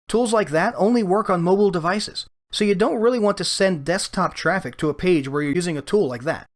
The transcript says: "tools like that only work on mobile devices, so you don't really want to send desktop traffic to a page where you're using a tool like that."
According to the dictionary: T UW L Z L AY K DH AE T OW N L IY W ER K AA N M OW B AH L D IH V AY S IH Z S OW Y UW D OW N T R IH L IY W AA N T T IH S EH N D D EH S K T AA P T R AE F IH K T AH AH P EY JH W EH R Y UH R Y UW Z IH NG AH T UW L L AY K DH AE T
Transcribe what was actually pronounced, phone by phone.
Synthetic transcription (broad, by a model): T UW L Z L AY K DH AE T OW N L IY W ER K N M OW B L D IH V AY S IH Z S OW Y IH D OW N T R IH L IY W AA N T T IH S EH N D D EH S K T AA P T R AE F IH K T AH AH P EY JH W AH R Y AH R Y UW Z IH NG AH T UW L L AY K DH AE T